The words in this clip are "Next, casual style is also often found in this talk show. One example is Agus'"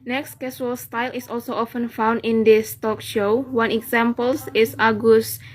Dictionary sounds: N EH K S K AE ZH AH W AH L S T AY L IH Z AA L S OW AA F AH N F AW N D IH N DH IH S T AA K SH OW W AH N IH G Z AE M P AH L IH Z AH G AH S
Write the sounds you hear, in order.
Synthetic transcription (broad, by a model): N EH K S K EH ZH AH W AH L S T AY L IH S AA L S OW AA F AH N F AW N D IH N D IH S T AA K SH OW W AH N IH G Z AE M P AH L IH S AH G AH S